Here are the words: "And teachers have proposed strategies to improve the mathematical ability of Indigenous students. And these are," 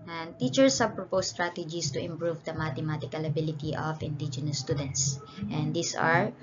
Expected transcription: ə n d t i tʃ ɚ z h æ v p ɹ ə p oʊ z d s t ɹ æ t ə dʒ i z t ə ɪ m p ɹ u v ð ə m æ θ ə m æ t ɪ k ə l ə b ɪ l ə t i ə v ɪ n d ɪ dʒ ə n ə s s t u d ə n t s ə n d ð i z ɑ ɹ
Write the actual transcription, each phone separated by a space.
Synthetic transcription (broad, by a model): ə n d t i tʃ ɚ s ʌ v p ɹ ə p oʊ s t ɹ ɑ t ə dʒ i s t ə ɪ m p ɹ u v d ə m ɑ t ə m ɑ t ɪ k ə l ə b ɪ l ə t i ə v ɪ n d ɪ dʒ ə n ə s s t u d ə n t s ə n d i s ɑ ɹ